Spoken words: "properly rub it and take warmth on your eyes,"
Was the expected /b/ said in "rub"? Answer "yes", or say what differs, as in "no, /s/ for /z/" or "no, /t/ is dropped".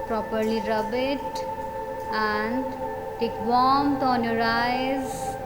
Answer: yes